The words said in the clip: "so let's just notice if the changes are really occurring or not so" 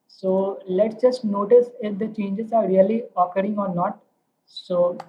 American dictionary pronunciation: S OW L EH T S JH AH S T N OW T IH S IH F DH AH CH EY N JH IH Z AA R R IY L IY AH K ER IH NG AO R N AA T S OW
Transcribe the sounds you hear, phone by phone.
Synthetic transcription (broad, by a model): S OW L EH T S JH AH S T N OW T IH S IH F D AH CH EY N JH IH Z AA R R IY L IY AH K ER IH NG AO R N AA T S OW